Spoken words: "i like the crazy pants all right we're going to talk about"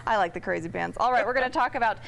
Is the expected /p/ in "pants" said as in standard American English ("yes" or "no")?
no